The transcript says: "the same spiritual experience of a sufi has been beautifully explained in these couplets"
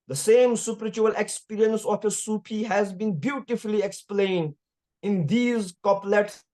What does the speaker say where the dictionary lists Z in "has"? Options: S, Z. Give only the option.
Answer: Z